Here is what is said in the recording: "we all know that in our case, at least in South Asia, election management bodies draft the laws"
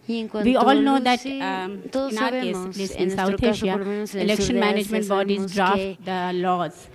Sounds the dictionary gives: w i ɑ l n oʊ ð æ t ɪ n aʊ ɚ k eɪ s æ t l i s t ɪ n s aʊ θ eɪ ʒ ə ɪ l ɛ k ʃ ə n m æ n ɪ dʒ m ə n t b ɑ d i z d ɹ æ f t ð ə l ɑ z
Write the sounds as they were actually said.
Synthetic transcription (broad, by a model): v i ɑ l n oʊ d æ t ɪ n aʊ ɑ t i ʌ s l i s ɪ n s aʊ t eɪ ʃ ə ɪ l ɛ k ʃ ə n m æ n ɪ dʒ m ə n t b ɑ d i z d ɹ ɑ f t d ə l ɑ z